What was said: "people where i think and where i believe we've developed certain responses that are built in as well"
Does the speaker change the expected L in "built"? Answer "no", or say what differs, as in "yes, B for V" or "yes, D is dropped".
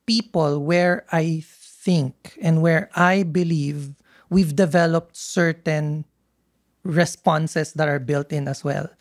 no